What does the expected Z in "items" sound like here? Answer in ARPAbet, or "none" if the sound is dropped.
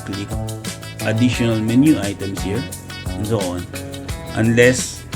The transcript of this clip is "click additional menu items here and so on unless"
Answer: S